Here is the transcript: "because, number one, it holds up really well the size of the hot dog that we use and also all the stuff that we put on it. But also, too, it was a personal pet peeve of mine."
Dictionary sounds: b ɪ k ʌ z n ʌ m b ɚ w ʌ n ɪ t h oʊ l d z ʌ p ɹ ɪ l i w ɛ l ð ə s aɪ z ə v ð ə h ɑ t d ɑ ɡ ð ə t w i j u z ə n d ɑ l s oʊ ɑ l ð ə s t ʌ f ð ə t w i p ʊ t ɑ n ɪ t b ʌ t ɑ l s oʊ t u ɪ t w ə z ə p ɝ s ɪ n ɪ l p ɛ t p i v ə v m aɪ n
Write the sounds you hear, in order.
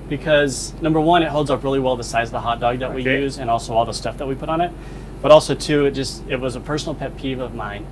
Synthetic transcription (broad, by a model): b ɪ k ʌ z n ʌ m b ɚ w ʌ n ɪ t h oʊ l d z ʌ p ɹ ɪ l i w ɛ l ð ə s aɪ z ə ð ə h ɑ t d ɑ ɡ ð ə t w i j u z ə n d ɑ l s oʊ ɑ l ð ə s t ʌ f ð ə t w i p ʊ t n ɪ t b ʌ t ɑ l s oʊ t u ɪ t w ə z ə p ɝ s n l p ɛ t p i v ə v m aɪ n